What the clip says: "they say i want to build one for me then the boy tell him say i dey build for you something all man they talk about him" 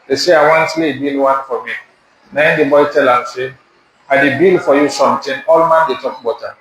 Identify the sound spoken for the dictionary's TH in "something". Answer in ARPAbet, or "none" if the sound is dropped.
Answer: T